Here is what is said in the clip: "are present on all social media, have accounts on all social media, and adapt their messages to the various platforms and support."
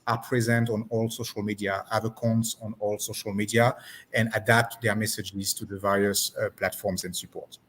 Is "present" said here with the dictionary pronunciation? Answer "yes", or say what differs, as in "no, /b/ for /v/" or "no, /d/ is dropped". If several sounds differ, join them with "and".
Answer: yes